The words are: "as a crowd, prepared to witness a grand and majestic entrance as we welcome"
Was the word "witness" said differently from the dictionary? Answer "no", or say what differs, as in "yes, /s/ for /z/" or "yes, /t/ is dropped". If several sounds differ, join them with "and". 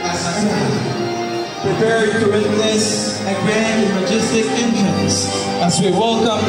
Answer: yes, /l/ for /n/